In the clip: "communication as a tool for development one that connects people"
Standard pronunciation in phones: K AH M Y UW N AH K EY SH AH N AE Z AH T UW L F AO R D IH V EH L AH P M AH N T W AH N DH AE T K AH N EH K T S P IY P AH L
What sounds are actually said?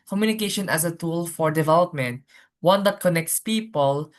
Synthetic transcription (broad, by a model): K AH M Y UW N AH K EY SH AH N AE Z AH T UW L F AO R D IH V EH L AH P M AH N T W AH N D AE T K AH N EH K T S P IY P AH L